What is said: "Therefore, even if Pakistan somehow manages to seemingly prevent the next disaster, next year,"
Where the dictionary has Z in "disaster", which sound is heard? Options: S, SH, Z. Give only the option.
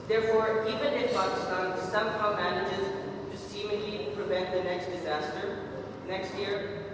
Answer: Z